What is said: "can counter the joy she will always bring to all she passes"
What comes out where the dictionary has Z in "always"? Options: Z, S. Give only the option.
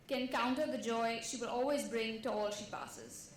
Z